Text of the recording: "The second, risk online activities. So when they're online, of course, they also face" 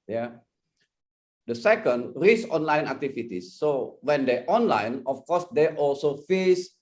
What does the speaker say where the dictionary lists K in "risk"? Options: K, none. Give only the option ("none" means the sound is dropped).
none